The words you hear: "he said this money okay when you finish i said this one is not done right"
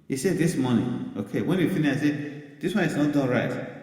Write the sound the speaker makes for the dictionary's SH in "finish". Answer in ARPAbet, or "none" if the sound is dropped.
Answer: none